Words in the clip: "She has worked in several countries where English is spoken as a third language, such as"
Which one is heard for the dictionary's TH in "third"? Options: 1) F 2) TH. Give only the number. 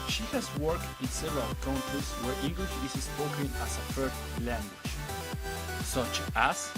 1